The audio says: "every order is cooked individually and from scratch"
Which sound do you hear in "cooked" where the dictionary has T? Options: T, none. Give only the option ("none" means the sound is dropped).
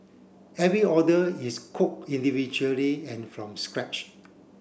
none